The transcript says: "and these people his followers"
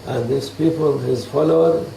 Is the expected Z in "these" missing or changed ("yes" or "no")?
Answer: yes